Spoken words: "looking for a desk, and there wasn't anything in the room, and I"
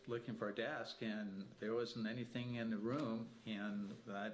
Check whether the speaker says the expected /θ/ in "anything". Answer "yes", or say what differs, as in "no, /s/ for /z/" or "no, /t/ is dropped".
yes